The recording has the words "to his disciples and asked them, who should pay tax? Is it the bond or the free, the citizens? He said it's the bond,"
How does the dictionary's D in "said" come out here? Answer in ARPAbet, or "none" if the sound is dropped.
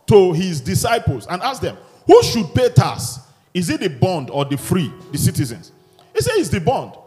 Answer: none